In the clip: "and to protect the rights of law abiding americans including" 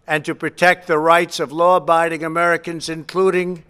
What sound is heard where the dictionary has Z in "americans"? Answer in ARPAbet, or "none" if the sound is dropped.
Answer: Z